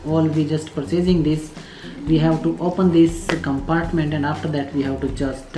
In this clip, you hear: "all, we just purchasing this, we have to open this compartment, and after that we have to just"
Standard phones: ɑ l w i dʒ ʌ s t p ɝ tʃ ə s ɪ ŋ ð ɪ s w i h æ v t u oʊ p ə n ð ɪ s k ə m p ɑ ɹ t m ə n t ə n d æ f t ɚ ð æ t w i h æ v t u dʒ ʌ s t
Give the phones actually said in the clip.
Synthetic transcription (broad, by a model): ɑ l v i dʒ ʌ s t p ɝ s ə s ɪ ŋ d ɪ s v i h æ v t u oʊ p ə n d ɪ s k ə m p ɑ ɹ t m ə n t ə n d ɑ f t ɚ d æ t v i h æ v t u dʒ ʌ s t